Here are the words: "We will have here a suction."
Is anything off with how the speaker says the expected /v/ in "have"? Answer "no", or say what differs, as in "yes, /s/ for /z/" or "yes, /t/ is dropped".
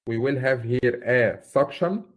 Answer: no